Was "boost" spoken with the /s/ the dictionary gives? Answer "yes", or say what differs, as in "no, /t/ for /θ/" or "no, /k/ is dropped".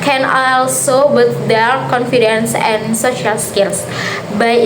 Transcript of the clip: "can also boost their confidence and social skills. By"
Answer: no, /s/ is dropped